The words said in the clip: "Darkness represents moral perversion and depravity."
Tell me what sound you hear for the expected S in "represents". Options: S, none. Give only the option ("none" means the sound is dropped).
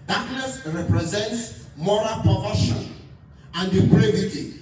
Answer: S